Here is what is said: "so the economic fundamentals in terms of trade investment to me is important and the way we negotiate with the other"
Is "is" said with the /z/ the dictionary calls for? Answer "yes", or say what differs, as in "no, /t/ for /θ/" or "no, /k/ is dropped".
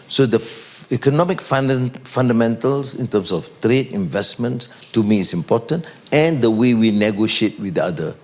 no, /s/ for /z/